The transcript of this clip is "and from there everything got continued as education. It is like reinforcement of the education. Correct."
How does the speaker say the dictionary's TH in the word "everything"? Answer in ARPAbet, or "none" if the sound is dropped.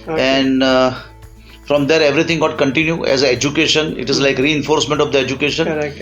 T